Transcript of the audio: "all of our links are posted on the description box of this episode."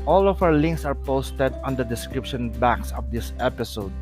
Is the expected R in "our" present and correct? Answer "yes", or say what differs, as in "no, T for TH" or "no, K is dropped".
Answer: no, W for R